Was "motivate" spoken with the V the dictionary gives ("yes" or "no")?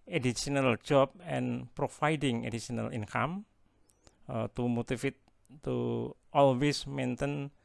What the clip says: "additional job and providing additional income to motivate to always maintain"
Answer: no